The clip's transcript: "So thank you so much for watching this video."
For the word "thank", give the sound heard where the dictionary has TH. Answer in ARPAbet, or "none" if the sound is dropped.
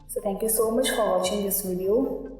T